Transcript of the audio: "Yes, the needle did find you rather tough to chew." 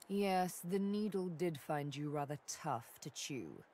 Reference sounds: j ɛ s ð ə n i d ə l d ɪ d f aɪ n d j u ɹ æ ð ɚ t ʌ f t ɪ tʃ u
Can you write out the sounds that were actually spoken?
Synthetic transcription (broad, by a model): j ɛ s ð ə n i d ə l d ɪ d f aɪ n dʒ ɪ ɹ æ ð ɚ t ʌ f t ɪ tʃ u